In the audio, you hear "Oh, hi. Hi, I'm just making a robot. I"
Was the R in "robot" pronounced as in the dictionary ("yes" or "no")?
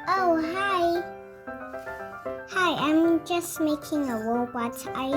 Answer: no